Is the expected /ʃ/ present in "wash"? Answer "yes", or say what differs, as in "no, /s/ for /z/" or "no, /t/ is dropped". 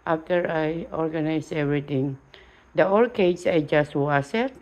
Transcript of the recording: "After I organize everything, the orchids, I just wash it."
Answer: no, /s/ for /ʃ/